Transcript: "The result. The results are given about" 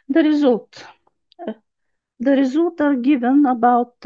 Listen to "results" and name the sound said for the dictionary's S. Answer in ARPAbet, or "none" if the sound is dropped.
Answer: none